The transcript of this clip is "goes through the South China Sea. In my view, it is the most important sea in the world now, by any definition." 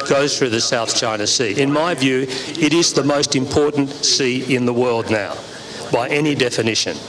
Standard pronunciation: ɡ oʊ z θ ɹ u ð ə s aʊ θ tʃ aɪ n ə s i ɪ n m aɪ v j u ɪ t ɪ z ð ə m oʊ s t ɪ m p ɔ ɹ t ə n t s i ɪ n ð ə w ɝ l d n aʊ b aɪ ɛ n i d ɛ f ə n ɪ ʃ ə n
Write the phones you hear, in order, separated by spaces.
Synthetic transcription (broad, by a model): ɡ oʊ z θ ɹ u ð ə s aʊ θ tʃ aɪ n ə s i ɪ n m aɪ v j u ɪ t ɪ z ð ə m oʊ s t ɪ m p ɔ ɹ t n t s i ɪ n ð ə w ɝ l d n aʊ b aɪ ɛ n i d ɛ f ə n ɪ ʃ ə n